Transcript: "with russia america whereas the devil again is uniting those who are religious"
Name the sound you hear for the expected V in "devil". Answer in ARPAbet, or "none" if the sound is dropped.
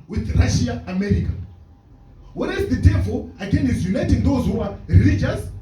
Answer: V